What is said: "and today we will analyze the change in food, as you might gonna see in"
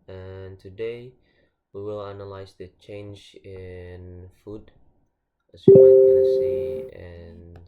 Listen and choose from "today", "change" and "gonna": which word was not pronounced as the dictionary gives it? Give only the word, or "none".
gonna